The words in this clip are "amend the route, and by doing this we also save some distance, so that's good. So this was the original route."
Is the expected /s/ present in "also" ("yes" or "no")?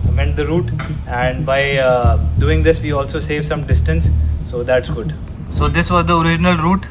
yes